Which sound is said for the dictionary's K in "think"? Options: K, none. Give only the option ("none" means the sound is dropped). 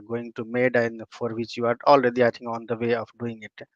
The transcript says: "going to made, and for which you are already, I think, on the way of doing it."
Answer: none